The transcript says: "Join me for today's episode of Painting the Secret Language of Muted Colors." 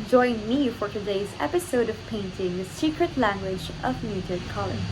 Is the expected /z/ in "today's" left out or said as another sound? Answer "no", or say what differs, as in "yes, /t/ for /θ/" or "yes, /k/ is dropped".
no